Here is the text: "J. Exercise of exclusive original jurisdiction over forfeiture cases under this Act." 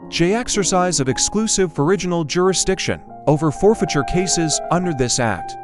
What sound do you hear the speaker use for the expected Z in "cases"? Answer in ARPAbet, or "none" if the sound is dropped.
Z